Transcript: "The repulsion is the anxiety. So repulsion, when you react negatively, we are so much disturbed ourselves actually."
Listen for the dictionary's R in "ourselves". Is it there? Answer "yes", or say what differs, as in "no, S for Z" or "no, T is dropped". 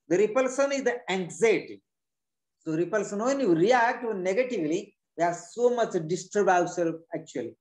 no, W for R